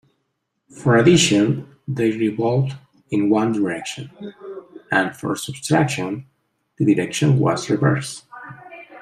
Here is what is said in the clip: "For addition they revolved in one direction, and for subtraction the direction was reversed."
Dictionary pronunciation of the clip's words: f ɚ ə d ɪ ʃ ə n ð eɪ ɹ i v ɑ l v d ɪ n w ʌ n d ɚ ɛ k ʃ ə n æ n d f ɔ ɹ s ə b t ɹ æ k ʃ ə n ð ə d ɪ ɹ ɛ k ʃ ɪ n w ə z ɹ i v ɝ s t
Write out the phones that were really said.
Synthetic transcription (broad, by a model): f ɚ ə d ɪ ʃ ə n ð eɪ ɹ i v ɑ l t ɪ n w ʌ n d ɚ ɛ k ʃ ə n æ n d f ɔ ɹ s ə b t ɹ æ k ʃ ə n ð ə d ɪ ɹ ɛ k ʃ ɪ n w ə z ɹ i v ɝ s